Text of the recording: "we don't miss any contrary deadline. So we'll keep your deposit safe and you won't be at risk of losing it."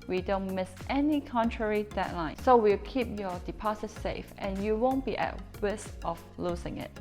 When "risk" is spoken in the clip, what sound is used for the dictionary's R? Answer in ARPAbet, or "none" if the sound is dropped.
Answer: W